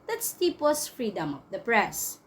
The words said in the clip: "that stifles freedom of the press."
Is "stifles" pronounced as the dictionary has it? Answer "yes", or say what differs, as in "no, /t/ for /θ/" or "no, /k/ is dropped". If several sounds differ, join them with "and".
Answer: no, /p/ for /f/